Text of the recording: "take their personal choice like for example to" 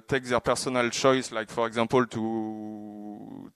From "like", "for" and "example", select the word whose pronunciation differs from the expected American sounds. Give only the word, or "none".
example